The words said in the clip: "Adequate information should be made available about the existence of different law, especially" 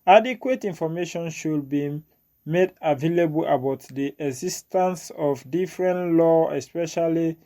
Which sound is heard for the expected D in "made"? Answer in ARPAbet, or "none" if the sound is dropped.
D